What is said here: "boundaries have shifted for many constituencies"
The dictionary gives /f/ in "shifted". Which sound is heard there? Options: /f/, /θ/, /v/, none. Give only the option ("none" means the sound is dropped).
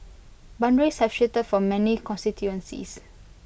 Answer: none